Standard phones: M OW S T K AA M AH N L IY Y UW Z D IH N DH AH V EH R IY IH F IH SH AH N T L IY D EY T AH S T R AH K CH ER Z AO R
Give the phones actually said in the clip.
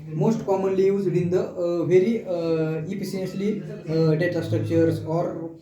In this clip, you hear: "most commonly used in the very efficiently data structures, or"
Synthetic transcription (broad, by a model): M OW S T K AA M AH N L IY Y UW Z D IH N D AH V EH R IY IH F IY S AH N S L IY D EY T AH S T R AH K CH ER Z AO R